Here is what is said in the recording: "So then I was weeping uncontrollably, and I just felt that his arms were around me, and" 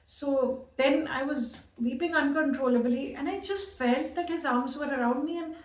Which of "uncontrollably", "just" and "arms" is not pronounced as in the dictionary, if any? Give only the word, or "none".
none